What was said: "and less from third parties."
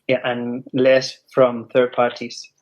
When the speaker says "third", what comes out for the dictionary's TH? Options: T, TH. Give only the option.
TH